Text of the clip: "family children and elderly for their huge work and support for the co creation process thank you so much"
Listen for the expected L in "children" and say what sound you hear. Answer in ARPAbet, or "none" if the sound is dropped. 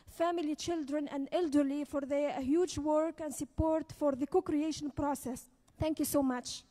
L